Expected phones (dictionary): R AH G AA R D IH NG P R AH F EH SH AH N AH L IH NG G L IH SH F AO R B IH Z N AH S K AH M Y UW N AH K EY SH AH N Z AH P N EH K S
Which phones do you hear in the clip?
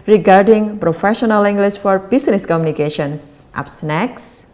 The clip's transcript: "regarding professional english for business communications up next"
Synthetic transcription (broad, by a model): R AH G AA R D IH NG P R AH F EH SH AH N AH L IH NG G L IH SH F AO R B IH S N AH S K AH M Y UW N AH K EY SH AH N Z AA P N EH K S